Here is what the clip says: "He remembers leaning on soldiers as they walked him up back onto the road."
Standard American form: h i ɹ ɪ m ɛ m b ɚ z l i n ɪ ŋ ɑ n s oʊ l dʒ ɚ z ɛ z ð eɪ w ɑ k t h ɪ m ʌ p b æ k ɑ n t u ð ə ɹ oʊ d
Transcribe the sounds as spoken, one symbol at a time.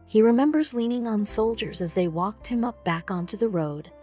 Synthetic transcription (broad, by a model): h i ɹ ɪ m ɛ m b ɚ z l i n ɪ ŋ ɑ n s oʊ l dʒ ɚ z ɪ z ð eɪ w ɑ k t h ɪ m ʌ p b æ k ɑ n t u ð ə ɹ oʊ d